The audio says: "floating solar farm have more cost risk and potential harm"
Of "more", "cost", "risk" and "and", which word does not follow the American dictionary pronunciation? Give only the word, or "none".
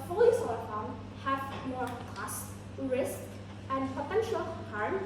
none